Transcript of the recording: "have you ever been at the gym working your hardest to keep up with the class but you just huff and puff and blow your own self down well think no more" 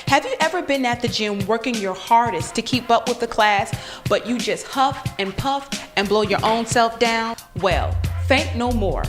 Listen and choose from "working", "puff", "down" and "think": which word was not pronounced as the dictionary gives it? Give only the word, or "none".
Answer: think